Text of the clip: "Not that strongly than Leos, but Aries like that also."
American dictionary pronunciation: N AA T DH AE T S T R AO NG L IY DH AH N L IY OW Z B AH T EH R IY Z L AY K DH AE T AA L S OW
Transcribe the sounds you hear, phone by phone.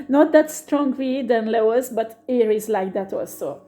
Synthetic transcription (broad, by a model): N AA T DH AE T S T R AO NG W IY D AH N L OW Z B AH T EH R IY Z L AY K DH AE T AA L S OW